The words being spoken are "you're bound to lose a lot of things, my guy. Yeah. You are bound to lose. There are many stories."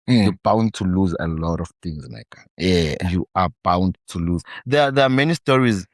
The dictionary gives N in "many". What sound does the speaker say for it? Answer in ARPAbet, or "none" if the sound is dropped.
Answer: N